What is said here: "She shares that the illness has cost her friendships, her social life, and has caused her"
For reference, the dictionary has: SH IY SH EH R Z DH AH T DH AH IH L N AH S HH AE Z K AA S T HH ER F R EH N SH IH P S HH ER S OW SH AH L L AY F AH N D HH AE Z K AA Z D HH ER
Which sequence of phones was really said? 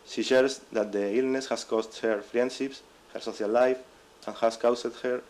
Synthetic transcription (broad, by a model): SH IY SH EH R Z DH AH T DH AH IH L N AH S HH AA S K AA S T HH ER F R EH N SH IH P S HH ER S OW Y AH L L AY F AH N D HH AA S K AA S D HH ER